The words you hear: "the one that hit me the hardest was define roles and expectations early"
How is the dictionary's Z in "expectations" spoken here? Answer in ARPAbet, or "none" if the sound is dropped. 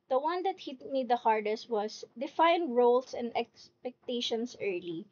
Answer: S